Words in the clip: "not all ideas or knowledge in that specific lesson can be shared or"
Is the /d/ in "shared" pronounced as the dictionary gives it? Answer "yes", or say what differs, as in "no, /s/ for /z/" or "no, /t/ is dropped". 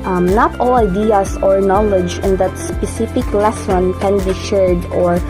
yes